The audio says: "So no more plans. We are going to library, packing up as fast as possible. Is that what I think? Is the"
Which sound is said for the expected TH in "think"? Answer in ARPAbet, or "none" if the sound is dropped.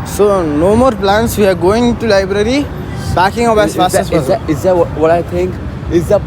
T